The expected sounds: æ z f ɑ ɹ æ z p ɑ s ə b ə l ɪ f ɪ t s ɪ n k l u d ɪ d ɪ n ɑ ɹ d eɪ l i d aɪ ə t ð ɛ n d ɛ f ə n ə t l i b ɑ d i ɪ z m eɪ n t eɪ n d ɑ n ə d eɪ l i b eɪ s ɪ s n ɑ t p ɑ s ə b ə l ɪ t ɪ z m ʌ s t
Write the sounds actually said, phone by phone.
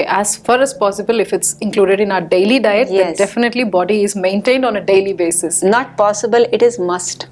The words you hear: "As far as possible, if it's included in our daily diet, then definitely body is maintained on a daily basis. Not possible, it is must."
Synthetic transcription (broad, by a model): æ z f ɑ ɹ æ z p ɑ s ə b ə l ɪ f ɪ t s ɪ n k l u d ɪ d ɪ n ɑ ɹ d eɪ l i d aɪ ə t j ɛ d ɛ f ə n ə t l i b ɑ d i ɪ z m eɪ n t eɪ n d ɑ n ə d eɪ l i b eɪ s ɪ s n ɑ t p ɑ s ə b ə l ɪ t ɪ z m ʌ s t